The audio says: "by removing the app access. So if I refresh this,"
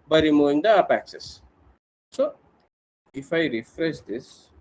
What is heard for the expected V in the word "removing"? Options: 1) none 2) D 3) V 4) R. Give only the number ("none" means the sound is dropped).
1